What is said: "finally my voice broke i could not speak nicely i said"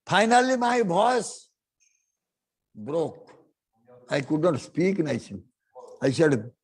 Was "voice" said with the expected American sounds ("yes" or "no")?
no